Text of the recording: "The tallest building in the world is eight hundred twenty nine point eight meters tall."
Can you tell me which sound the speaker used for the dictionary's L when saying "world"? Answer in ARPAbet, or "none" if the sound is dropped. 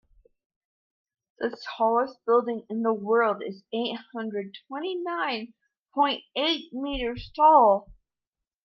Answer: L